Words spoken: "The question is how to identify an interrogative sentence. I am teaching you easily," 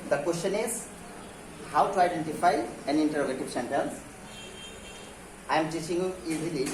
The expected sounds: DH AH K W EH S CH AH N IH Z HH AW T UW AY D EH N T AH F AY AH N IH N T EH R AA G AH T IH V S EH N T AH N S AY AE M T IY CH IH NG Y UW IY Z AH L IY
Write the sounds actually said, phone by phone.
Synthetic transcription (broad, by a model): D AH K W EH S CH AH N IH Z HH AW T UW AY D EH N T AH F AY AH N IH N T EH R AA G AH T IH V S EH N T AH L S AY M T IY CH IH NG Y UW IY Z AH L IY